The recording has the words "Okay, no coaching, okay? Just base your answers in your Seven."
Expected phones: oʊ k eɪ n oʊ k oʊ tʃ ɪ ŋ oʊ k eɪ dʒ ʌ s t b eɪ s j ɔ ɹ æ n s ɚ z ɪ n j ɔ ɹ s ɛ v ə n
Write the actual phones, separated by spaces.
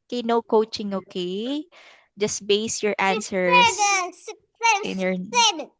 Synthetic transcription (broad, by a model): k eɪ n oʊ k oʊ tʃ ɪ ŋ oʊ k eɪ dʒ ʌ s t b eɪ s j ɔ ɹ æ n s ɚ ɪ n j ɔ ɹ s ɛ